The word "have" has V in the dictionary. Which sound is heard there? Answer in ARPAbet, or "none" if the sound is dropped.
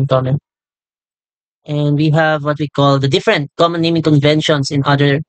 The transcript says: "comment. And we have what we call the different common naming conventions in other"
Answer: V